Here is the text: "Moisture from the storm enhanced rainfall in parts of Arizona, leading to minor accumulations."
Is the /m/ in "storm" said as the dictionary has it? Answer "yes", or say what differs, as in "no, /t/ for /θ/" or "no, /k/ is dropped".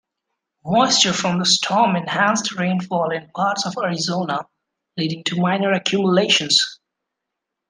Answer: yes